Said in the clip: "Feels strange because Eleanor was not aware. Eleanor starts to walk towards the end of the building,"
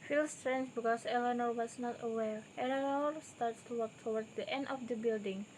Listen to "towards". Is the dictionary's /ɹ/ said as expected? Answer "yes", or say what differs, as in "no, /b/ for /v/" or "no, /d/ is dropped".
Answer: no, /w/ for /ɹ/